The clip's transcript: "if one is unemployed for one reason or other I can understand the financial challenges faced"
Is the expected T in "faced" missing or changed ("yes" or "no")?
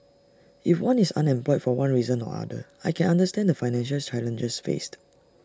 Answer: no